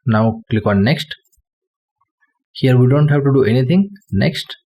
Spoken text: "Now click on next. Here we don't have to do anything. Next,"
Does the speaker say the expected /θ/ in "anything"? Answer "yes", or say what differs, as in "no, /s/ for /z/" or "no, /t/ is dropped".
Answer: no, /t/ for /θ/